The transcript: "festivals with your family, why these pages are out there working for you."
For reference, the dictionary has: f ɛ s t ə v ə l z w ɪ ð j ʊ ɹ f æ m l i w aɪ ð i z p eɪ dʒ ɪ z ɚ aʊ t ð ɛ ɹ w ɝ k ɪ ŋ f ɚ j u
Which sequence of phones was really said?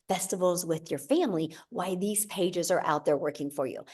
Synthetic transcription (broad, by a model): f ɛ s t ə v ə l z w ɪ ð j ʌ ɹ f æ m l i w aɪ ð i z p eɪ dʒ ɪ z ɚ aʊ t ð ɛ ɹ w ɝ k ɪ ŋ f ɚ j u